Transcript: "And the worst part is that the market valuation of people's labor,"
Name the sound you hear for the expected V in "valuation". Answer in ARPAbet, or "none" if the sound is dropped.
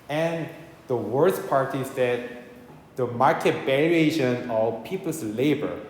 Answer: B